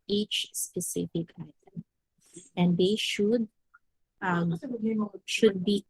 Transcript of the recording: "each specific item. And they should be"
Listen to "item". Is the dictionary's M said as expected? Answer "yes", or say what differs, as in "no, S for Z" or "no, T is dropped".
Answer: yes